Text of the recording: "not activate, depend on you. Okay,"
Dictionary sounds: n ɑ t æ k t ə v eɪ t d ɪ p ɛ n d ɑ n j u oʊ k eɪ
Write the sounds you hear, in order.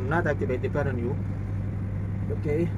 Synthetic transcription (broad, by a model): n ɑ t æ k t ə b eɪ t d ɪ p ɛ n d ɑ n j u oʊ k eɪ